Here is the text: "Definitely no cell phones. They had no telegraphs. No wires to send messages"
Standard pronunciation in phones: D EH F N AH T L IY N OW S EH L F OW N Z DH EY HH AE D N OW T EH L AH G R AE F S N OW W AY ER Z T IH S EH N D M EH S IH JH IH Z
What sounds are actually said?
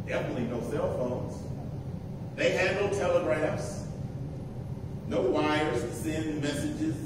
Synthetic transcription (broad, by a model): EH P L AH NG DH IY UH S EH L F OW N Z DH EY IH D N OW T EH L AH G R AE F S N OW W AY ER Z S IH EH N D M EH S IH JH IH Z